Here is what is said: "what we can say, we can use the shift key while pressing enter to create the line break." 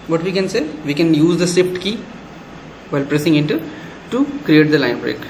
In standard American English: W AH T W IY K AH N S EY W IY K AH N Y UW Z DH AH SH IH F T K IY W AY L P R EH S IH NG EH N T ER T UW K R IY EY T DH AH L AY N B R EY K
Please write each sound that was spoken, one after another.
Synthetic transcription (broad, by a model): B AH T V IY K AH N S EY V IY K AH N Y UW Z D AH S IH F T K IY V AY L P R EH S IH NG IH N T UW T UW K R IY EY T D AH L AY N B R EY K